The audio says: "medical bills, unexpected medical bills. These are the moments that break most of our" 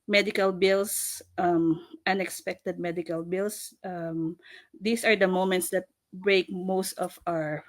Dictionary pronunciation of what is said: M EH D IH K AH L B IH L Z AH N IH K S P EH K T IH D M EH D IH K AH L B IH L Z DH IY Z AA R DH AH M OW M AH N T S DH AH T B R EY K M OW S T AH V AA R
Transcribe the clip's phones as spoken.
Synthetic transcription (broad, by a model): M EH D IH K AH L B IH L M AH N IH K S P EH K T IH D M EH D IH K AH L B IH L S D IY S AA R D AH M OW M AH N T S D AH T B R EY K M OW S T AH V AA R